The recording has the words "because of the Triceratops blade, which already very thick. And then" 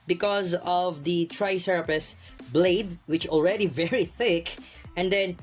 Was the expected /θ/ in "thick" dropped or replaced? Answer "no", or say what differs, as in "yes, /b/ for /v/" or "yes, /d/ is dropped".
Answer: no